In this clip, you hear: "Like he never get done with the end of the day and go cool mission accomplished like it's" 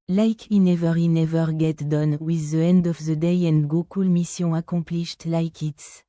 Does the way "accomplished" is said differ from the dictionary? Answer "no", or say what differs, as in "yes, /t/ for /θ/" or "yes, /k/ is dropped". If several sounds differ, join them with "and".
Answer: yes, /m/ is dropped